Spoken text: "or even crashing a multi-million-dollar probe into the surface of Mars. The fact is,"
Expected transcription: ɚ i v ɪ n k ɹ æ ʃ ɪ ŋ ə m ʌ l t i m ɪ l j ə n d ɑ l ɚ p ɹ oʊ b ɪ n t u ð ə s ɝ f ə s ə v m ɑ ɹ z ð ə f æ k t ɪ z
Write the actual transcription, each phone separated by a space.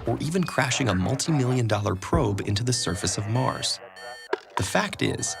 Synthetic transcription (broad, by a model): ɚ i v ɪ n k ɹ æ ʃ ɪ ŋ ə m ʌ l t i m ɪ l j ə n d ɑ l ɚ p ɹ oʊ b ɪ n t u ð ə s ɝ f ə s ə v m ɑ ɹ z ð ə f æ k t ɪ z